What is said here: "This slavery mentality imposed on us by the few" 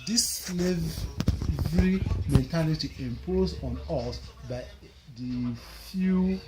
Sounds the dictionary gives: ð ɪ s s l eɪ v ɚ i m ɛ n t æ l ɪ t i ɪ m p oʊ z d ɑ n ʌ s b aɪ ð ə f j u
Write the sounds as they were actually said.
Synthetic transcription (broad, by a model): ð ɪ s s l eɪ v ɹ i m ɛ n t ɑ l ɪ t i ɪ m p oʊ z ɑ n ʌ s b aɪ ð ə f j u